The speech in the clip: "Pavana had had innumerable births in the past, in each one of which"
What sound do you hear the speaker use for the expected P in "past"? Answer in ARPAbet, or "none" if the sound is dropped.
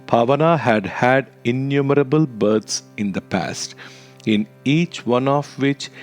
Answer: P